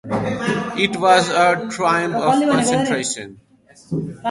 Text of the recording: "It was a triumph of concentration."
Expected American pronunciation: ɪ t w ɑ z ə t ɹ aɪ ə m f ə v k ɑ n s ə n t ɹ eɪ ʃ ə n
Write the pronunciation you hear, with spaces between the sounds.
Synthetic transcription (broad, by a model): ɪ t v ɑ z ə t ɹ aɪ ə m p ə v k ɑ n s ə n t ɹ eɪ ʃ ə n